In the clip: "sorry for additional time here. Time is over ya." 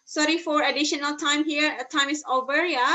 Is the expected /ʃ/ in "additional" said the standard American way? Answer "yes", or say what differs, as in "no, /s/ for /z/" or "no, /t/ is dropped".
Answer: yes